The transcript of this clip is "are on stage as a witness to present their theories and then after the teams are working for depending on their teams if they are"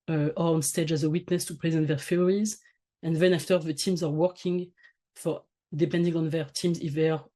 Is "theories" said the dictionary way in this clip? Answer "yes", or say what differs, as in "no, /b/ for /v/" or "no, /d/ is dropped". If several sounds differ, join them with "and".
no, /f/ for /θ/